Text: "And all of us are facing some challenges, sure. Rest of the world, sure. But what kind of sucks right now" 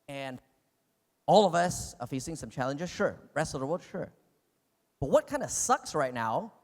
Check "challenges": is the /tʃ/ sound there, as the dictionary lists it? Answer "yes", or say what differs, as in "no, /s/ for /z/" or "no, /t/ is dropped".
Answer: yes